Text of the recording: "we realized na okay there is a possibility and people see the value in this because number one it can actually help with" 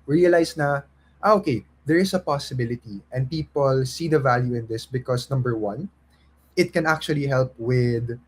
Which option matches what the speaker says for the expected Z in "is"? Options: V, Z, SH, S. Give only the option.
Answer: S